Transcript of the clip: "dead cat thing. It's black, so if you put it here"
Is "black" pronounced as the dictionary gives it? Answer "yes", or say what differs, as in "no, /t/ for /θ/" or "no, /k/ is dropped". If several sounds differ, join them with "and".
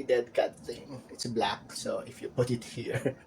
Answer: yes